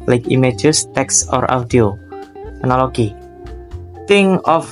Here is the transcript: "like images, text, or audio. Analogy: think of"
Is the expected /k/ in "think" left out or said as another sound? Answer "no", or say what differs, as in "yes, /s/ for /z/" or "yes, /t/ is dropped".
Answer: yes, /k/ is dropped